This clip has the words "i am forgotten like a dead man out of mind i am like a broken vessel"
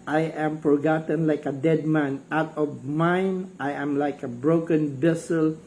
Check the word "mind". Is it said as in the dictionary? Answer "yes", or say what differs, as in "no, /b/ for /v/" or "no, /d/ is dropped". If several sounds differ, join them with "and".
no, /d/ is dropped